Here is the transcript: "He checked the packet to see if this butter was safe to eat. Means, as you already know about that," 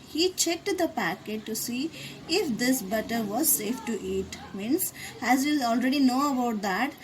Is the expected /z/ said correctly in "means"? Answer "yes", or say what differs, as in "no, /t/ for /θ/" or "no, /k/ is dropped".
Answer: no, /s/ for /z/